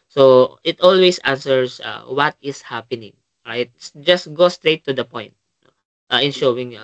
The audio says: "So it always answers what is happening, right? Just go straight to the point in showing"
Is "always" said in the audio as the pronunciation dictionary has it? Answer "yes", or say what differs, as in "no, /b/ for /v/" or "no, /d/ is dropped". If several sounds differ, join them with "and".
no, /s/ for /z/